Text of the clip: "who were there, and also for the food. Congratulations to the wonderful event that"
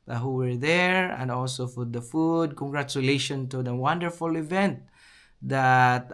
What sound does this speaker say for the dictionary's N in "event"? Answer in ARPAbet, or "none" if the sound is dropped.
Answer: N